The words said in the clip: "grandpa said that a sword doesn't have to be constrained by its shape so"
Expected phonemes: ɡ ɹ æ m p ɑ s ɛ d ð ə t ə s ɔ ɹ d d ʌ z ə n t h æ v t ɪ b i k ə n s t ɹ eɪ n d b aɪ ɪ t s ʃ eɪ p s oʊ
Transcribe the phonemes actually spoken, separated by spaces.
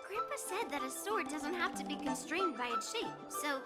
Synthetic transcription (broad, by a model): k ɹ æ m p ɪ s ɛ d ð ə t ə s ɔ ɹ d d ʌ z ə n t h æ f t ɪ b i k ə n s t ɹ eɪ n d b aɪ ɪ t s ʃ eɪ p s oʊ